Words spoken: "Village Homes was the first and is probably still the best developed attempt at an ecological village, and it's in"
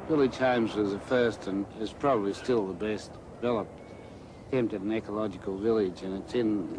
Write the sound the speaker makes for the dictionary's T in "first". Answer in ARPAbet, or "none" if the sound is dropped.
T